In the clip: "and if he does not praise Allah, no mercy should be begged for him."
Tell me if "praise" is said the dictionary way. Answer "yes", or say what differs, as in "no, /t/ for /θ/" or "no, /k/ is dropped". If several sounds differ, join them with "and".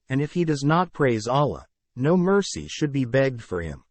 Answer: yes